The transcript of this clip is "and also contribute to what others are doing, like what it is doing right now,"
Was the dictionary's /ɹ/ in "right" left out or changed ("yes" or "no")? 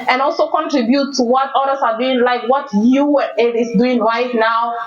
no